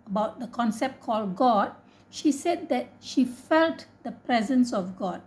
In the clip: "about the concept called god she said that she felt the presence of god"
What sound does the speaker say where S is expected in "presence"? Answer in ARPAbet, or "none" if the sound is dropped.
S